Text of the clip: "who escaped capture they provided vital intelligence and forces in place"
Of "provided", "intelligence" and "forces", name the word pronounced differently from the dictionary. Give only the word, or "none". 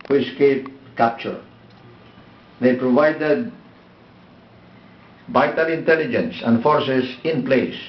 forces